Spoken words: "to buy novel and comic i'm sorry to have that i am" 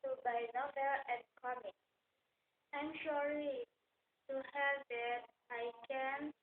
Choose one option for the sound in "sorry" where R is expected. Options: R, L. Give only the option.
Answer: L